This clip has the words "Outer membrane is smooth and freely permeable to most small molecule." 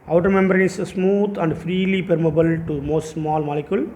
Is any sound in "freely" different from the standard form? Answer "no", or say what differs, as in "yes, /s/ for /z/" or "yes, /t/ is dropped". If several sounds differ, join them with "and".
no